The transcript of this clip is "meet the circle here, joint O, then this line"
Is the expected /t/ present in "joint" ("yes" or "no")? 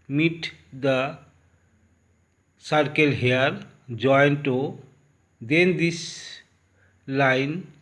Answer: yes